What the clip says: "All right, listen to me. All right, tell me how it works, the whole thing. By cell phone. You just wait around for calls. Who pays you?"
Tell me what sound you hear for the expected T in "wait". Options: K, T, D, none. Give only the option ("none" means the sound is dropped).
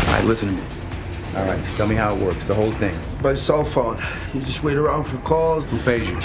T